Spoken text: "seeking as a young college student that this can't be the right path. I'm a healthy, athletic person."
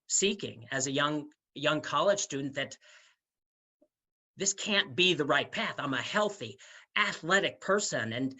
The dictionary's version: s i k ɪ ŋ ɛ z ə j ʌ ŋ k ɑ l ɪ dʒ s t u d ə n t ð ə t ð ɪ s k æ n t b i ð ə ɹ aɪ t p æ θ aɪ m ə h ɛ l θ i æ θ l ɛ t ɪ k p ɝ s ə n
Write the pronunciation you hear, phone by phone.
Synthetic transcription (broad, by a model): s i k ɪ ŋ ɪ z ə j ʌ ŋ k ɑ l ɪ dʒ s t u d n ð ə t ð ɪ s k æ n b i ð ə ɹ aɪ t p æ θ aɪ m ə h ɛ l θ i æ θ l ɛ t ɪ k p ɝ s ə n